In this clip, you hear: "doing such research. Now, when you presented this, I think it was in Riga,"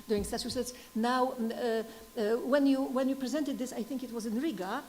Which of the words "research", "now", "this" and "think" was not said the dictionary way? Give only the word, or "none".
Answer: research